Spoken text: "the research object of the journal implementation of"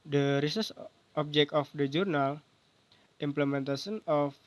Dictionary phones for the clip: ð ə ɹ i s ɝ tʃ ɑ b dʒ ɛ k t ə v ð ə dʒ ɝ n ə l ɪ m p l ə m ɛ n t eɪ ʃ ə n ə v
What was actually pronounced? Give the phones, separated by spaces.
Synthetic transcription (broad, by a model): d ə ɹ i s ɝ s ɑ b dʒ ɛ k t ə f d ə dʒ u n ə l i m p l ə m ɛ n t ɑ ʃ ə n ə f